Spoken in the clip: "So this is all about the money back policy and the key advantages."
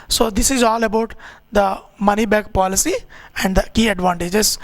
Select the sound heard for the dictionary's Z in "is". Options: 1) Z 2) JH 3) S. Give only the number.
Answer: 1